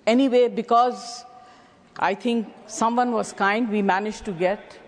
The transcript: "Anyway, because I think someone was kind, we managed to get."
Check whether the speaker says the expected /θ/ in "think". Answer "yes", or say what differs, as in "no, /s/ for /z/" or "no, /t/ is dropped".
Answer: no, /t/ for /θ/